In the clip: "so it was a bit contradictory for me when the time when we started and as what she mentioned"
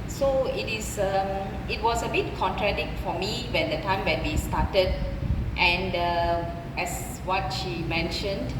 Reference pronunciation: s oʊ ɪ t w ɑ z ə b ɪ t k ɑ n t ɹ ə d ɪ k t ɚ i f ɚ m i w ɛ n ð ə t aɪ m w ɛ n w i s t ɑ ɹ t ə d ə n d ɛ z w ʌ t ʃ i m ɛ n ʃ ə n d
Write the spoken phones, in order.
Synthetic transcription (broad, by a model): s oʊ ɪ t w ɑ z ə b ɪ t k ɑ n t ɹ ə d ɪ k t f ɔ m i w ɛ n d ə t aɪ m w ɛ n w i s t ɑ t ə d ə n d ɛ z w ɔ t ʃ i m ɛ n ʃ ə n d